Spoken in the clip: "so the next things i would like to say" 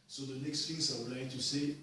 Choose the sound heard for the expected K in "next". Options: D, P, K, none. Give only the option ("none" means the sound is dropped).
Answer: K